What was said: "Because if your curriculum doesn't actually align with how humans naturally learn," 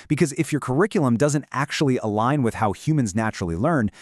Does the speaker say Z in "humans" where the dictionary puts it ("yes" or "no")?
yes